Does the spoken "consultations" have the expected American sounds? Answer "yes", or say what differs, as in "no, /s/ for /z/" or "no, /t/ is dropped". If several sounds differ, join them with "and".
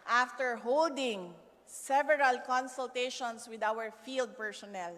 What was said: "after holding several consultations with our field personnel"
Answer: no, /s/ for /z/